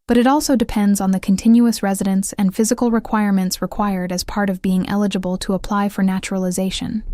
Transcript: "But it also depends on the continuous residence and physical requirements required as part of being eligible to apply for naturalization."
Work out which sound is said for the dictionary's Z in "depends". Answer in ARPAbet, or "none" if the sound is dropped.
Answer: Z